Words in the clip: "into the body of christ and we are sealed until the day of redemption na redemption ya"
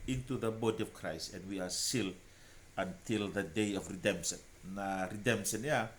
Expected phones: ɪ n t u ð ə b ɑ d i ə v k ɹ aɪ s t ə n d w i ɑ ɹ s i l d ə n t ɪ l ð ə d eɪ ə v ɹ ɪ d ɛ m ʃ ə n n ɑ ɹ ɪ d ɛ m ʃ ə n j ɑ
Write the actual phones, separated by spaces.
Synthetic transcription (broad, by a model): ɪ n t u ð ə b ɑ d i ə v k ɹ aɪ s t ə n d w i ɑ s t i l ə n t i l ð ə d eɪ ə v ɹ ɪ d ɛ m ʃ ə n n ɑ ɹ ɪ d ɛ m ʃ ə n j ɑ